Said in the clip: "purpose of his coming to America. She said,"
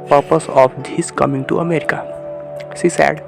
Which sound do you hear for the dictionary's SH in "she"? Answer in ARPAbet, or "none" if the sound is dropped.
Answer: S